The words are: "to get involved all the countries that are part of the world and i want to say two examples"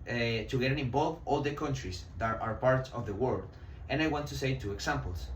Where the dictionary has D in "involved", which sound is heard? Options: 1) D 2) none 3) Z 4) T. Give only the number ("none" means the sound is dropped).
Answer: 2